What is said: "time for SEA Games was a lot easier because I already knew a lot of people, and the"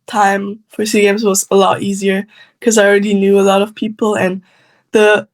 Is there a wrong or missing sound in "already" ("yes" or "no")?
no